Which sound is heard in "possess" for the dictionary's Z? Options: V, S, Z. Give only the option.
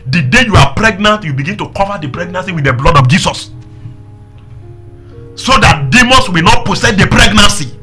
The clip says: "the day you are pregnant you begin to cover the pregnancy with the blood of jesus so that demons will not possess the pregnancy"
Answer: S